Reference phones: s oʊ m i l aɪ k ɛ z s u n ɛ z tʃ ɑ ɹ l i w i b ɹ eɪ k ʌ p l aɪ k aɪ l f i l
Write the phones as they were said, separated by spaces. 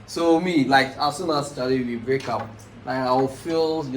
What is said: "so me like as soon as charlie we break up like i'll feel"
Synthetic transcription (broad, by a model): s oʊ m i l aɪ k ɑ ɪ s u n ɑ s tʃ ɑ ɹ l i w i b ɹ eɪ k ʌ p l aɪ k aɪ w f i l